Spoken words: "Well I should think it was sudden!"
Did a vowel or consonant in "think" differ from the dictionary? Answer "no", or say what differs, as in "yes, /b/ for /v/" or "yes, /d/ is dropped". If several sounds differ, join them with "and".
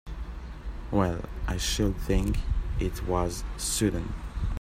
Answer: no